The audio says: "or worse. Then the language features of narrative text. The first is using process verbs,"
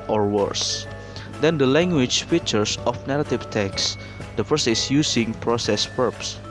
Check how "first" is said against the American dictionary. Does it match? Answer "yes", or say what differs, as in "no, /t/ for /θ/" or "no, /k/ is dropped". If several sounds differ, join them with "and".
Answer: no, /t/ is dropped